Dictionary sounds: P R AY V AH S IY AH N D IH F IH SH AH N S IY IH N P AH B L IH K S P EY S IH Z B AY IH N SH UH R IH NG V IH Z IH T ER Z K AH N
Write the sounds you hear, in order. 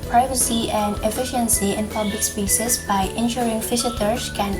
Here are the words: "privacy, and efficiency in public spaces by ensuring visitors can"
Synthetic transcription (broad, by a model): P R AY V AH S IY AH N D IH F IH SH AH N S IY IH N P AH B L IH K S P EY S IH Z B AY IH N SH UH R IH NG F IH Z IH T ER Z K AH N